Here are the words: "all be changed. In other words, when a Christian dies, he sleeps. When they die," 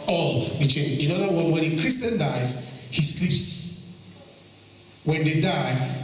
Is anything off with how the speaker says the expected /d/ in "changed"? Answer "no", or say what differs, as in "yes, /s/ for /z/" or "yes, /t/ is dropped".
yes, /d/ is dropped